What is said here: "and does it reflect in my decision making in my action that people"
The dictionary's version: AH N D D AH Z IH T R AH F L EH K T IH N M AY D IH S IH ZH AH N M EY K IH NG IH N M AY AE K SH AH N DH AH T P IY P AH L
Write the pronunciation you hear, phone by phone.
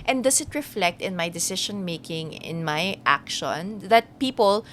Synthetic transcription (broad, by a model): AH N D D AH S IH T R AH F L EH K T IH N M AY D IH S IH SH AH N M EY K IH NG IH N M AY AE K SH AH N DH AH T P IY P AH L